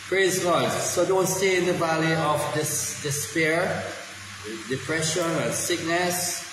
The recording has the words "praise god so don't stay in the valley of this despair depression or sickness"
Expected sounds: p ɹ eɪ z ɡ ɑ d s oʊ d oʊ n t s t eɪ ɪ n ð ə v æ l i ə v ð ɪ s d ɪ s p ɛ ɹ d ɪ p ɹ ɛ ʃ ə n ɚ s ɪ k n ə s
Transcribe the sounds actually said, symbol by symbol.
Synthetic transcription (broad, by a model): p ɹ eɪ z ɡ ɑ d s oʊ d oʊ n t s t eɪ ɪ n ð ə v æ l i ə v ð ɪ s d ɪ s p ɛ ɹ d ɪ p ɹ ɛ ʃ ə n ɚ s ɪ k n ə s